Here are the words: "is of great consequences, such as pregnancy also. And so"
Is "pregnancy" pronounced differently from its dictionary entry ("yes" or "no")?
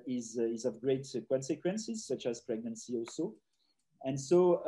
no